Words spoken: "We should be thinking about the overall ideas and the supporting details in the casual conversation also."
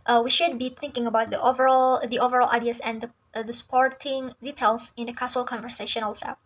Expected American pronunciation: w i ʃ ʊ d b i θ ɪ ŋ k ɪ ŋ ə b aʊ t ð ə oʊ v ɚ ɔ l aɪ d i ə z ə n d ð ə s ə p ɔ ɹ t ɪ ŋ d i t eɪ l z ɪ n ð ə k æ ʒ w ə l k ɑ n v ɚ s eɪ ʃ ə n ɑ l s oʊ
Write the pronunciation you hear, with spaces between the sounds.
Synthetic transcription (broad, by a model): w i ʃ ʊ d b i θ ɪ ŋ k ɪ ŋ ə b aʊ t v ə oʊ v ɚ ɔ l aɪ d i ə s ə n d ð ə s ə p ɔ ɹ t ɪ ŋ d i t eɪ l s ɪ n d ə k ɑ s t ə l k ɑ n v ɚ s eɪ ʃ ə n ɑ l s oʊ